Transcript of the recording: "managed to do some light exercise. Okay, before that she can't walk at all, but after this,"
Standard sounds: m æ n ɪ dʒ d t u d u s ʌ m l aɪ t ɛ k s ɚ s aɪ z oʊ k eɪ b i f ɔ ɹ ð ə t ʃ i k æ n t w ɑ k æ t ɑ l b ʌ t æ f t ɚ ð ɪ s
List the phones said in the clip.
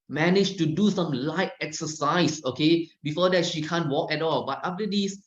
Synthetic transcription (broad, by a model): m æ n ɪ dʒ t u d u s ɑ m l aɪ t ɛ k s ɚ s aɪ s oʊ k eɪ b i f ɔ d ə t ʃ i k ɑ n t w ɑ k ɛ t ɑ l b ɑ t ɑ f t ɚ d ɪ s